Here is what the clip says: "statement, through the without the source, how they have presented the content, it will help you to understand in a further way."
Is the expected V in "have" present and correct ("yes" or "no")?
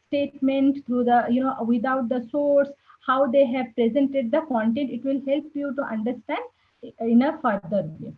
yes